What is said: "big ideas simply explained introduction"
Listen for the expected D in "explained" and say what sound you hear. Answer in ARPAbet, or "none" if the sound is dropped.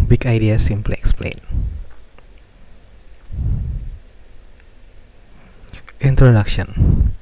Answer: none